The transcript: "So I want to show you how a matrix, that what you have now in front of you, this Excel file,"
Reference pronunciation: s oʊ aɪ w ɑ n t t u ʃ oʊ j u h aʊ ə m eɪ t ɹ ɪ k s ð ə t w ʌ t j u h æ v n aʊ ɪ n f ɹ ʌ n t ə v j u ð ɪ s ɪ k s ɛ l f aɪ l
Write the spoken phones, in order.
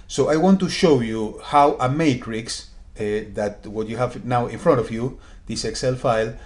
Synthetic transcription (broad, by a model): s oʊ aɪ w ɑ n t t u ʃ oʊ j u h aʊ ə m eɪ t ɹ ɪ k s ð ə t w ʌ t j u h æ v n aʊ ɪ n f ɹ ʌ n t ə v j u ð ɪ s ɪ k s ɛ l f aɪ l